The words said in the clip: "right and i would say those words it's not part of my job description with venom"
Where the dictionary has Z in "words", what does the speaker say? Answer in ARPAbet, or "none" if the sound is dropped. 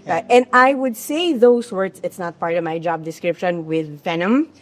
S